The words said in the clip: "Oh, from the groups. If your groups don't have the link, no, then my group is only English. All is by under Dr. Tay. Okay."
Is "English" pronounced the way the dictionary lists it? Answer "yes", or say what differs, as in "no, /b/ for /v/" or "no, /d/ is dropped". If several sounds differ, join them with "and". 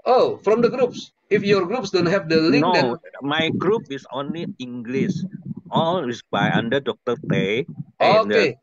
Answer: no, /s/ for /ʃ/